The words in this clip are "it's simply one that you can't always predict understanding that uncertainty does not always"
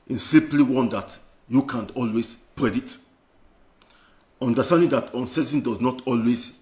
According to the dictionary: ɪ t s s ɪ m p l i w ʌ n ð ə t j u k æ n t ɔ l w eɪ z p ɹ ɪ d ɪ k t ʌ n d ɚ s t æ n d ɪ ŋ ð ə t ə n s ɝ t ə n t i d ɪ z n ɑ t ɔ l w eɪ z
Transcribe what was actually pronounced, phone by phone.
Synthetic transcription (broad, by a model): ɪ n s s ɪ m p l i w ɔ n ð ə t j u k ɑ n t ɔ l w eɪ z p ɹ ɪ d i t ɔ n d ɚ s t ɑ n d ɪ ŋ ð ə t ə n s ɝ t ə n d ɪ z n ɑ t ɔ l w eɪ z